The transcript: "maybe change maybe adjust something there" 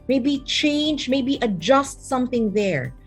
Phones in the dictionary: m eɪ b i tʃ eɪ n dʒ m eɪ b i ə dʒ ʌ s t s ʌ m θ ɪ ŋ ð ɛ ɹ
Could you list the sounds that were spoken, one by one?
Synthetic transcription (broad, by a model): m eɪ b i tʃ eɪ n dʒ m eɪ b i ə dʒ ʌ s t s ʌ m θ ɪ ŋ ð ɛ ɹ